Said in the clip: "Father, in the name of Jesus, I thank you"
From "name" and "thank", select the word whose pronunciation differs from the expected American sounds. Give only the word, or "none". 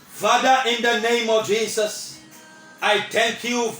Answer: thank